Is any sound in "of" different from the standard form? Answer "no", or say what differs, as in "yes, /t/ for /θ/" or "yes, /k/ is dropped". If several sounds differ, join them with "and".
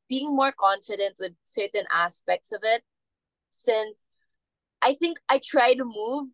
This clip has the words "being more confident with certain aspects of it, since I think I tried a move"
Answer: no